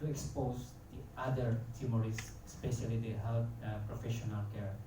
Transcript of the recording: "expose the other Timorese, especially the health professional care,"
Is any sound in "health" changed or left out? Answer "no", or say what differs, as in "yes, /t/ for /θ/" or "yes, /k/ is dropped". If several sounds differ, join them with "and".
yes, /t/ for /θ/